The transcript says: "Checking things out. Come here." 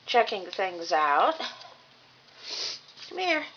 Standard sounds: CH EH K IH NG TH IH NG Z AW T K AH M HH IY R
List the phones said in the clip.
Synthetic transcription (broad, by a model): CH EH K IH NG TH IH NG Z AW T K AH M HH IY R